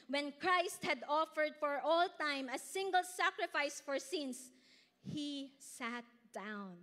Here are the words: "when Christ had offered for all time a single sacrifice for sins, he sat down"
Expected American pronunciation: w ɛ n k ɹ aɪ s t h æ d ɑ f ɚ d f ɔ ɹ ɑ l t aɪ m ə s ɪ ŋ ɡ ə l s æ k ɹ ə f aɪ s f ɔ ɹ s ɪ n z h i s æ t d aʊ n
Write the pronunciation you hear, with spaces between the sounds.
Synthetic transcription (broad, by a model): w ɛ n k ɹ aɪ s t h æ d ɑ f ɚ d f ɔ ɹ ɑ l t aɪ m ə s ɪ ŋ ɡ ə l s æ k ɹ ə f aɪ s f ɔ ɹ s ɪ n s h i s æ t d aʊ n